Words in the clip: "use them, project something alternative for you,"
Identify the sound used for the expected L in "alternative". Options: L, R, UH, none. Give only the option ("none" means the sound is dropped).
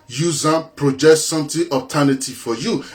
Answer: none